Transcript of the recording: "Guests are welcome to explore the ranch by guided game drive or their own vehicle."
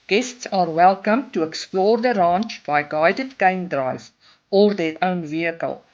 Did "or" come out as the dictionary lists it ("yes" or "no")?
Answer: yes